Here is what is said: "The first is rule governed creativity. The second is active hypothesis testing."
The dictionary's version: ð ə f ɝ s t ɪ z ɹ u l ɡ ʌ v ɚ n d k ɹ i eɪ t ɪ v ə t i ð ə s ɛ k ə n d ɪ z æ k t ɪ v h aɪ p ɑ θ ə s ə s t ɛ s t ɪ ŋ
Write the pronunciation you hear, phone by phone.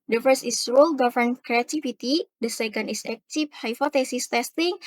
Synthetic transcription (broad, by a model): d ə f ɝ s t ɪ s ɹ u l ɡ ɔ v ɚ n k ɹ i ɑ t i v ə t i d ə s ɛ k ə n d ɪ s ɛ k t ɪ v h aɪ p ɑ t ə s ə s t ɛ s t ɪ ŋ